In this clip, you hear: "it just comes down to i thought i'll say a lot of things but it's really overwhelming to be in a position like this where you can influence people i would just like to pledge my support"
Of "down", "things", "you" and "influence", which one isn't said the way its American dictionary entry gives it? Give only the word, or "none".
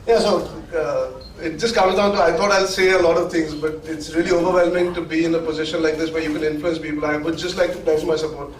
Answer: things